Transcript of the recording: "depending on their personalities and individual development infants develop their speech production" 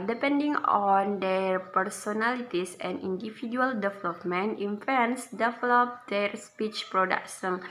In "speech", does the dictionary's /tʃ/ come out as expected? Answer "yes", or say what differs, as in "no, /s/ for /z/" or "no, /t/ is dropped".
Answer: yes